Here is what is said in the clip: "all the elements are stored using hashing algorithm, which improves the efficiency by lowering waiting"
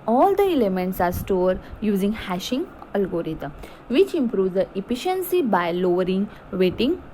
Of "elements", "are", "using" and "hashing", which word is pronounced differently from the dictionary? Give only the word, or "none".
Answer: none